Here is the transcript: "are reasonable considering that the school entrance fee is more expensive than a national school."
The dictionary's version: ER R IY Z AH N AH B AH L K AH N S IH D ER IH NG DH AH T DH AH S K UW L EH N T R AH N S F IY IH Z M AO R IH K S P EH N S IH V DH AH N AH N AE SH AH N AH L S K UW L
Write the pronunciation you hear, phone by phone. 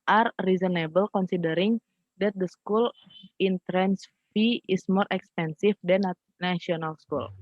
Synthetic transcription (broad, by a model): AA R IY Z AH N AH B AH L K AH N S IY D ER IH NG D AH T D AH S K UW L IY N T R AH N S F IY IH S M AO R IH K S P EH N S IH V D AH N AH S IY AH N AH L S K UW L